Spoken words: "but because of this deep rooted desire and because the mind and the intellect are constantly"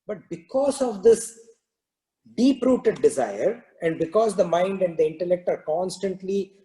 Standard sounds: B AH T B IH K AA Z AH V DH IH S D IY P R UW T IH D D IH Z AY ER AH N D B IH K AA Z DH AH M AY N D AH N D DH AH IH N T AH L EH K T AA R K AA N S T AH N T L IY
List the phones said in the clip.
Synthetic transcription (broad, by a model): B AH T B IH K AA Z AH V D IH S D IY P R UW T IH D D IH Z AY ER AH N D B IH K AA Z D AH M AY N D AH N D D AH IH N T AH L EH K T AA R K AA N S T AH N T L IY